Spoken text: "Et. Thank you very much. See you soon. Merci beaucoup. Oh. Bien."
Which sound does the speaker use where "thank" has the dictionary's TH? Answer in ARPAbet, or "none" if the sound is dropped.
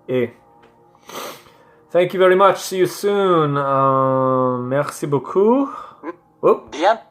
TH